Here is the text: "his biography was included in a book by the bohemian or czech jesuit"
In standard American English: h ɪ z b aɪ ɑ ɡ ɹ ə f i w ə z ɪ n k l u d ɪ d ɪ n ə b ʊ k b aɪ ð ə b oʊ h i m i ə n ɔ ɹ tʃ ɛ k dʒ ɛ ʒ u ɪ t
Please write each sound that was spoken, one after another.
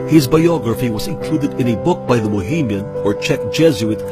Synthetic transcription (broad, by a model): h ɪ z b aɪ ɑ ɡ ɹ ə f i w ə z ɪ n k l u d ɪ d ɪ n ə b ʊ k b aɪ ð ə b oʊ h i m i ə n ɔ ɹ tʃ ɛ k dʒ ɛ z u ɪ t